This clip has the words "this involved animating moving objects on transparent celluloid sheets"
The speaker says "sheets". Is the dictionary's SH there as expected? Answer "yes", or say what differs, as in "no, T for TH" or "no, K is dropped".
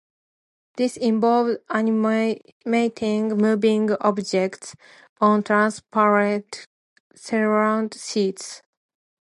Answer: no, S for SH